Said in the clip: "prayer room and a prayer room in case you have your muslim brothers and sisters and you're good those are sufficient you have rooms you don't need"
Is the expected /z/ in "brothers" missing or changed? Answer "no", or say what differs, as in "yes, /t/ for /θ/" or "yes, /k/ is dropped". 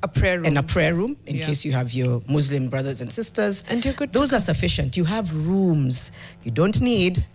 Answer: no